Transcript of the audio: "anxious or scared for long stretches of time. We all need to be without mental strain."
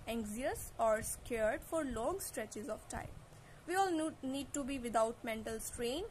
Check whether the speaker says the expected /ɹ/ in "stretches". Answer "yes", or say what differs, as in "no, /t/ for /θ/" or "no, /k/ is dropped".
yes